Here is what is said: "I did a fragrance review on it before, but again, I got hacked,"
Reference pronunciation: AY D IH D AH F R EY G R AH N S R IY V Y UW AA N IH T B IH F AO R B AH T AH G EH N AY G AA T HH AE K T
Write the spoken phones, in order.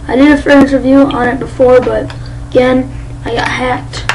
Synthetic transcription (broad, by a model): AY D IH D AH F EY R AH N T R V Y UW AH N IH T B IH F AO R B AH T AH G EH N AY G AA T HH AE K T